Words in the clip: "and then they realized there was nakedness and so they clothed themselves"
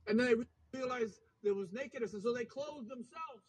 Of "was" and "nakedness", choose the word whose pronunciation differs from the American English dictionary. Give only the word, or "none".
none